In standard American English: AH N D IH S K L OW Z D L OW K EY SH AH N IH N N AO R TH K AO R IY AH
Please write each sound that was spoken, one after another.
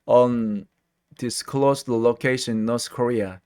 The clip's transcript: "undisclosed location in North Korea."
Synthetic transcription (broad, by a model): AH N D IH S K L OW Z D L OW K EY AH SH IH N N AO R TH K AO R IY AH